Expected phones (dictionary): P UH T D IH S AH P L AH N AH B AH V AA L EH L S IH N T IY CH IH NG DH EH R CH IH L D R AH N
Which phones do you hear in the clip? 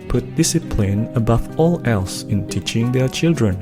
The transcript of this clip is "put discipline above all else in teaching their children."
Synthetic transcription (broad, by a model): P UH T D IH S AH P L AH N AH B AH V AA L EH L S IH N T IY CH IH NG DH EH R CH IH L D R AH N